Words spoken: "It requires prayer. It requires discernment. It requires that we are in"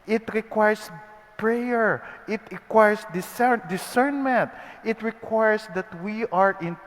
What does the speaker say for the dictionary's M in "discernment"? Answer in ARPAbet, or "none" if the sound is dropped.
M